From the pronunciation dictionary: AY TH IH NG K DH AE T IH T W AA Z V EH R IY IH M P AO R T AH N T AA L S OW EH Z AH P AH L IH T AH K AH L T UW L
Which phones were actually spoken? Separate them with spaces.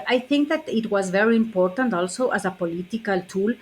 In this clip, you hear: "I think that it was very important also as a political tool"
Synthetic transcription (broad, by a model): AY TH IH NG K DH AE T IH T W AA Z V EH R IY IH M P AO R T AH N T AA L S OW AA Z AH P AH L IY T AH K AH L T UW L